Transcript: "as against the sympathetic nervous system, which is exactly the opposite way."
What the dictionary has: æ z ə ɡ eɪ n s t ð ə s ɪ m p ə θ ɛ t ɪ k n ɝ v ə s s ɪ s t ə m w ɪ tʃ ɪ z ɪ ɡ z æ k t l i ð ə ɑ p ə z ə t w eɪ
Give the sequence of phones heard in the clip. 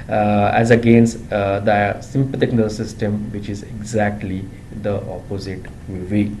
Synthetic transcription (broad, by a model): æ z ə ɡ eɪ n s t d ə s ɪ m p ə t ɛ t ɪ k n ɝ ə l s ɪ s t ə m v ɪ tʃ ɪ z ɪ ɡ z æ k t l i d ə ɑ p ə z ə t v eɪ